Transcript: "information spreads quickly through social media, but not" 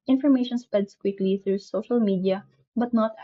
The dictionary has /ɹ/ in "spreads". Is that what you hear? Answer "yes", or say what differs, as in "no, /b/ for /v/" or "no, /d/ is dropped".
no, /ɹ/ is dropped